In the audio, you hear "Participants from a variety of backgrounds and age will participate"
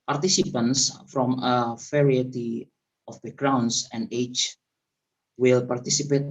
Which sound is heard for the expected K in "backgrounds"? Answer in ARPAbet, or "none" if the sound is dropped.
none